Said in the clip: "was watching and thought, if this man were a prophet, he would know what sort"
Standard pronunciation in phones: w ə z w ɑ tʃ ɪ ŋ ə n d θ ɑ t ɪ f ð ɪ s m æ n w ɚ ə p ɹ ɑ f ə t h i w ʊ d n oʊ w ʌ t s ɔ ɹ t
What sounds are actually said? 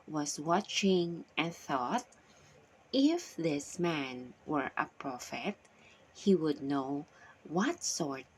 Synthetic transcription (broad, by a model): w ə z w ɑ tʃ ɪ ŋ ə n θ ɑ t ɪ f ð ɪ s m æ n w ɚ ə p ɹ ɑ f ə t h i w ʊ d n oʊ w ʌ t s ɔ ɹ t